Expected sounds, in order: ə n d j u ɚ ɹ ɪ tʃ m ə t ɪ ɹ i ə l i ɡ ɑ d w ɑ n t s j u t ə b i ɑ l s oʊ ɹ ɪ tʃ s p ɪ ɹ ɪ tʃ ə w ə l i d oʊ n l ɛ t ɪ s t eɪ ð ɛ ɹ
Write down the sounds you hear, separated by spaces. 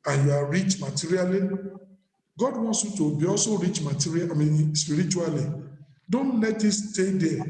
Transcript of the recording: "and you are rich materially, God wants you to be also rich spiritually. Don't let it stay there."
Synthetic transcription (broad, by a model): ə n j u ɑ ɹ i tʃ m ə t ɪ ɹ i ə l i ɡ ɑ d w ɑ n s j u t ə b i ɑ s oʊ ɹ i tʃ s p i ɹ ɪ tʃ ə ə l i d oʊ n l ɛ t ɪ s t eɪ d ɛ